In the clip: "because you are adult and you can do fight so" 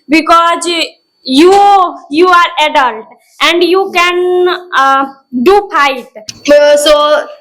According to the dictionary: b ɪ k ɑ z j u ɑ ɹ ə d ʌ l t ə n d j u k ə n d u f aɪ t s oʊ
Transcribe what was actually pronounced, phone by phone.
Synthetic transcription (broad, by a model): b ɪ k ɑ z j u ɑ ɹ ə d ʌ l t ə n d j u k ə n d u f aɪ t s oʊ